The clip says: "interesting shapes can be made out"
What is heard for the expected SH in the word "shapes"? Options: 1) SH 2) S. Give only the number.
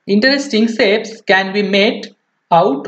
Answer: 2